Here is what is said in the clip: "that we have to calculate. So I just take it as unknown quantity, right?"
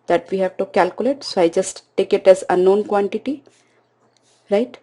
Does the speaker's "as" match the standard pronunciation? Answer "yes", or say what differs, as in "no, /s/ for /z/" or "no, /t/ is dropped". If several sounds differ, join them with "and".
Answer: yes